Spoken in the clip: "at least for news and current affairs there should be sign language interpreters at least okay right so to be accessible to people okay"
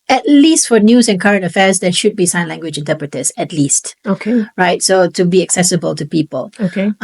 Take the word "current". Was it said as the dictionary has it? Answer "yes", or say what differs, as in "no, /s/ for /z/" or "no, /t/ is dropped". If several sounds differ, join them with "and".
yes